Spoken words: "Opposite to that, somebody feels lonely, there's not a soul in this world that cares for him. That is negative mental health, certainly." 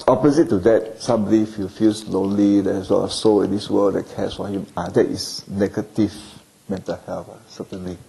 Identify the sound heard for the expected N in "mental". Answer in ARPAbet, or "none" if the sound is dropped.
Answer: N